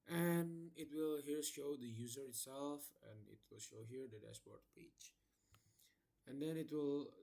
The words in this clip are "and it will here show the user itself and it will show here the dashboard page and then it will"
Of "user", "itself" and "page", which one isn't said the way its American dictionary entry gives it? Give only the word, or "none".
page